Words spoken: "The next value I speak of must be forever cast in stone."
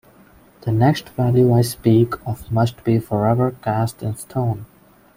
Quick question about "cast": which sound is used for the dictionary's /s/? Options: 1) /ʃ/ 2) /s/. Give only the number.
2